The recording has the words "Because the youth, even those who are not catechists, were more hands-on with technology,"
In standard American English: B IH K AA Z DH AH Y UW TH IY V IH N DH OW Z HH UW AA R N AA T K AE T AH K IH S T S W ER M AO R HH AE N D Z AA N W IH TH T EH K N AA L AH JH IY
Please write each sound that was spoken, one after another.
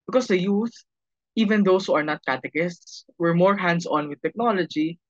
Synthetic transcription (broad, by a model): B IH K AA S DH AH Y UW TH IY V IH N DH OW S HH UW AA R N AA T K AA T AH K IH S T S W ER M AO R HH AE N D S AA N W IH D T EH K N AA L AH JH IY